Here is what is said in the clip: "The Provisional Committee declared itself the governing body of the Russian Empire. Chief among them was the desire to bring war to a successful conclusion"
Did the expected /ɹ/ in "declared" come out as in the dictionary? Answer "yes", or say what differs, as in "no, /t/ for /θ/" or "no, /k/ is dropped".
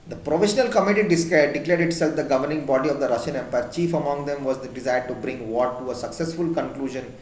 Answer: no, /l/ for /ɹ/